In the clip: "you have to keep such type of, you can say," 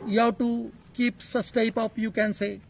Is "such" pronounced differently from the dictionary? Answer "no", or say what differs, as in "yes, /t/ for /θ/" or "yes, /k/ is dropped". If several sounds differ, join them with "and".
yes, /s/ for /tʃ/